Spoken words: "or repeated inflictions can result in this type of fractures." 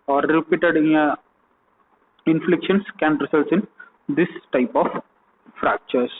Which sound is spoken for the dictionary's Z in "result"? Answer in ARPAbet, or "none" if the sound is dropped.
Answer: S